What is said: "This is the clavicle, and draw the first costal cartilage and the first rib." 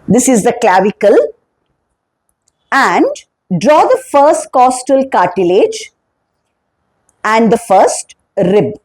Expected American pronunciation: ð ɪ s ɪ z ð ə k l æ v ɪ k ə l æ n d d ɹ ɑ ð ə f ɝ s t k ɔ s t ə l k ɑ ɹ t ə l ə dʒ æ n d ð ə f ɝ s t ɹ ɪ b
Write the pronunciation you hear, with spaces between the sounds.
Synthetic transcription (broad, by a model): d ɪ s ɪ z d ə k l æ v ɪ k ə l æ n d d ɹ ɑ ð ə f ɝ s t k ɔ s t ə l k ɑ ɹ t ə l ə dʒ æ n d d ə f ɝ s t ɹ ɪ b